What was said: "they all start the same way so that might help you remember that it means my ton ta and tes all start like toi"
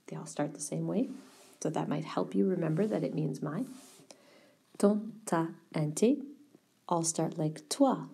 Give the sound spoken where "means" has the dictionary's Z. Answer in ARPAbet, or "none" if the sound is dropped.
Z